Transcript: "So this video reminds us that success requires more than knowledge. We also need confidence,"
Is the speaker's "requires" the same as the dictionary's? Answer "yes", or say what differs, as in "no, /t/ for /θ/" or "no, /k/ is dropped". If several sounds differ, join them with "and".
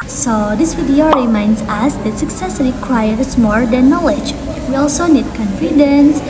no, /l/ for /ɹ/